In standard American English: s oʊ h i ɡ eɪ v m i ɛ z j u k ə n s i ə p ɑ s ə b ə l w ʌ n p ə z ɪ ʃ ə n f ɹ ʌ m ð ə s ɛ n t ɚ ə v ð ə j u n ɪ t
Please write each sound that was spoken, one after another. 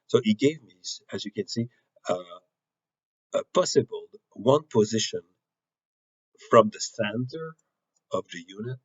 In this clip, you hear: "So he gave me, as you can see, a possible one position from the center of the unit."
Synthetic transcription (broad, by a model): s oʊ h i ɡ eɪ v m i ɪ z j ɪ k ə n s i ə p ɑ s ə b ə l w ʌ n p ə z ɪ ʃ ə n f ɹ ʌ m ð ə s ɛ n t ɚ ə v ð ə j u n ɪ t